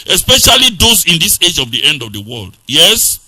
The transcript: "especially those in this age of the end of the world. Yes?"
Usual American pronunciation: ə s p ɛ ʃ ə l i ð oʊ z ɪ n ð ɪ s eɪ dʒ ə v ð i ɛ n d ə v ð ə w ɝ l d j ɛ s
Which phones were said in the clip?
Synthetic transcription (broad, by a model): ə s p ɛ ʃ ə l i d oʊ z ɪ n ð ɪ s eɪ dʒ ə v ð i ɛ n d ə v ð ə w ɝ l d j ɛ s